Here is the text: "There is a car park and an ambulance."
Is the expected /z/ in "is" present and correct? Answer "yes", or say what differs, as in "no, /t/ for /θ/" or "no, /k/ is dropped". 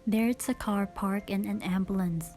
no, /s/ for /z/